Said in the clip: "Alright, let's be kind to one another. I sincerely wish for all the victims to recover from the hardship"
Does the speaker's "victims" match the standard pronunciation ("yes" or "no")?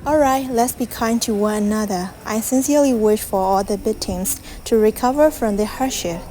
no